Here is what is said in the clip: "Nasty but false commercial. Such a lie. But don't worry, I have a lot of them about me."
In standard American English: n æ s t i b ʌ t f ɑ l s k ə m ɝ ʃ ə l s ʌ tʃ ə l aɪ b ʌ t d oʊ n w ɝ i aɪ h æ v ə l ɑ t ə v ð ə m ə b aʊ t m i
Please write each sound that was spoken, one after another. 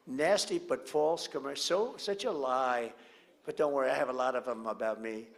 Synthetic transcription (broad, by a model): n æ s t i b ʌ t f ɑ l s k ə m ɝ s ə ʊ s ʌ tʃ ə l aɪ b ʌ t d oʊ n w ɝ i aɪ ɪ v ə l ɑ t ə v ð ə m ə b aʊ t m i